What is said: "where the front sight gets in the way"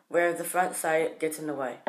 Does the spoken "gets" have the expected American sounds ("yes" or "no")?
no